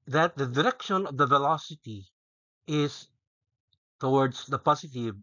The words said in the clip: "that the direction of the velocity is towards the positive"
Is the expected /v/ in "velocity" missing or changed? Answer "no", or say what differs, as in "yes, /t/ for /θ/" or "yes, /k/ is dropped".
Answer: no